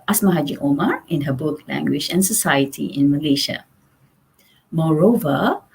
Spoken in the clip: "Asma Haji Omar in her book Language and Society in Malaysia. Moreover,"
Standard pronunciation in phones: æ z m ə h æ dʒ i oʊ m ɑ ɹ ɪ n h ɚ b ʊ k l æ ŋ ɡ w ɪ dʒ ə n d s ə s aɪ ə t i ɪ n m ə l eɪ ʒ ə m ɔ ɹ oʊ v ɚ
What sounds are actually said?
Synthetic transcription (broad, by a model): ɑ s m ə h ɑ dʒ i oʊ m ɑ ɹ ɪ n h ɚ b ʊ k l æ ŋ ɡ w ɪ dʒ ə n s ə s aɪ ə t i ɪ n m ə l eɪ ʃ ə m ɔ ɹ oʊ v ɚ